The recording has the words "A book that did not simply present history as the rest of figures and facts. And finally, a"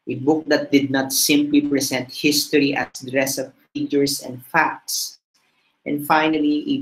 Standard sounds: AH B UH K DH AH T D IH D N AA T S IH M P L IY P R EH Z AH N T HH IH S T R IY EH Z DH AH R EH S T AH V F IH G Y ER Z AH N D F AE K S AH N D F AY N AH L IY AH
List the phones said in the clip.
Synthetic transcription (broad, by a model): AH B UH K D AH T D IH D N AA T S IH M P L IY P R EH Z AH N T HH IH S T R IY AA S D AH R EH S AH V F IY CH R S AH N D F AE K S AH N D F AY N AH L IY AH